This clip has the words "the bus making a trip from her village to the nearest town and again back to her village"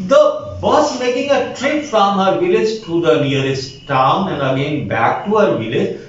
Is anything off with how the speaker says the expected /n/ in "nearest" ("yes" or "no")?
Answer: yes